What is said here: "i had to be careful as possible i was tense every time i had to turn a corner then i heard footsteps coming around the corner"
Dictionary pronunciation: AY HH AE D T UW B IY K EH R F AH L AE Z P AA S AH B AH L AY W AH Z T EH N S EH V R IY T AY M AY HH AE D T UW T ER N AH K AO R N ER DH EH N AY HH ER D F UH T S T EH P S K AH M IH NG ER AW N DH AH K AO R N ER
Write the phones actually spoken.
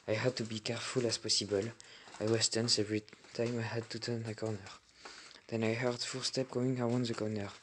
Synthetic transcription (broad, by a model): AY HH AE D T UW B IY K EH R F AH L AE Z P AA S AH B AH L AY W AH S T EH N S EH V R IY T AY M AY HH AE D T UW T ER N AH K AO R N ER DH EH N AY HH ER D F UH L S T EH P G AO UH IH NG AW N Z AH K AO N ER